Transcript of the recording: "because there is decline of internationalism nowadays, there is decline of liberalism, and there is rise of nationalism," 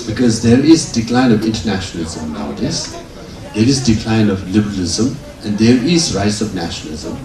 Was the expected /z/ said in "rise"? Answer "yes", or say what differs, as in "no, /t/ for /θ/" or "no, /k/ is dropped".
no, /s/ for /z/